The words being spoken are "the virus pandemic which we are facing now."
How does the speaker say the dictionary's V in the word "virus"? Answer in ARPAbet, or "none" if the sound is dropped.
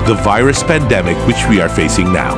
V